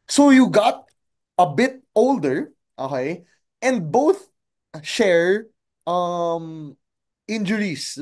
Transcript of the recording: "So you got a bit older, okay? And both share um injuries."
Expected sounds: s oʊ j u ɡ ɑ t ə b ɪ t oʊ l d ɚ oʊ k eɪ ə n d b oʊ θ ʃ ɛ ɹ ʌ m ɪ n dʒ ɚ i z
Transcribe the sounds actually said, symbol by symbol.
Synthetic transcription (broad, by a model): s oʊ j u ɡ ɑ t ə b ɪ t oʊ l d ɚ oʊ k eɪ ə n d b oʊ θ ʃ ɛ ɹ ʌ m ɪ n dʒ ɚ i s